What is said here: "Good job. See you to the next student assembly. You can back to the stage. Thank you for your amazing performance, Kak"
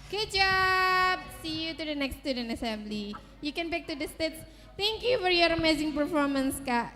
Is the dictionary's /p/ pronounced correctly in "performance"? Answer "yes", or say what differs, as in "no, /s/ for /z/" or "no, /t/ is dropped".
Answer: yes